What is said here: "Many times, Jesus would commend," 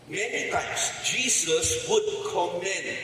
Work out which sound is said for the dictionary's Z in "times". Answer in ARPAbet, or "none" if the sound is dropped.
S